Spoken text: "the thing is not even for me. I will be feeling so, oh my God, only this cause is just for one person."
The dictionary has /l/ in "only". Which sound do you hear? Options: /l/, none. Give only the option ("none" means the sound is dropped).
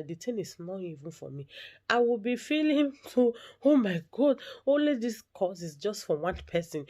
/l/